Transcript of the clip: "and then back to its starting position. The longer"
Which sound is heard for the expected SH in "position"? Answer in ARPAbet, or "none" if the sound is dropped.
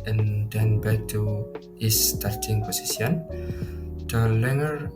S